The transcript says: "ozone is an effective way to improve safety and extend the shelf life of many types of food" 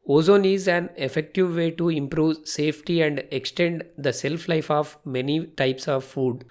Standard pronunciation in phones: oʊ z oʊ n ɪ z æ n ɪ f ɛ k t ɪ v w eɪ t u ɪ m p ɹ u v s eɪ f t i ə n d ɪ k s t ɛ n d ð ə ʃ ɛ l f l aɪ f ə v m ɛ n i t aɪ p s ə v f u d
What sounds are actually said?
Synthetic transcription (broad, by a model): oʊ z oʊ n ɪ z æ n ɪ f ɛ k t ɪ v eɪ t u ɪ m p ɹ u v s eɪ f t i ə n d ɪ k s t ɛ n d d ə s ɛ l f l aɪ f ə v m ɛ n i t aɪ p s ə v f u d